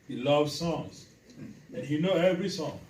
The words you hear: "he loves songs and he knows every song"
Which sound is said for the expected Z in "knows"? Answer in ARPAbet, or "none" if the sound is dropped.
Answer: none